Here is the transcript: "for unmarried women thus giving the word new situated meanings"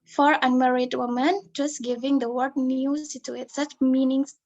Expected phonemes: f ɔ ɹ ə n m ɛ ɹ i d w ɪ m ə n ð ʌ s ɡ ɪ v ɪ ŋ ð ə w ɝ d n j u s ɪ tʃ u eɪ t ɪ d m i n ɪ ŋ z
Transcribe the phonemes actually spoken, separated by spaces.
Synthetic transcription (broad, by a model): f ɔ ɹ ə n m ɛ ɹ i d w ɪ m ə n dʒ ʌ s ɡ ɪ v ɪ ŋ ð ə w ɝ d n j u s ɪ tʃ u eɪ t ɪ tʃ m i n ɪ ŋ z